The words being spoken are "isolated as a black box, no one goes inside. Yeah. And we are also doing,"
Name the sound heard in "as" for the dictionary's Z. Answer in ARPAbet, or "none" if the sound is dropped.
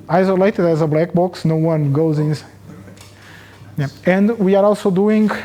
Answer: Z